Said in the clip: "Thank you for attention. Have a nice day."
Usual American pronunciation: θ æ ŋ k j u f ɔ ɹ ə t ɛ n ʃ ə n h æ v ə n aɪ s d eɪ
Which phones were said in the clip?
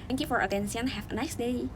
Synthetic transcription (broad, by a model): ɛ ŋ k j u f ɔ ɹ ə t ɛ n s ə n h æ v ə n aɪ s d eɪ